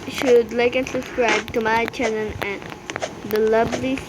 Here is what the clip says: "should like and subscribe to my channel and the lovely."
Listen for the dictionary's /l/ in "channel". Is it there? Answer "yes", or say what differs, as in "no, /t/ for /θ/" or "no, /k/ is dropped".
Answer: no, /n/ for /l/